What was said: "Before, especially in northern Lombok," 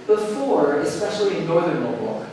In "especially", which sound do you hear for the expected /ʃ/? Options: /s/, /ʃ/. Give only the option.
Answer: /ʃ/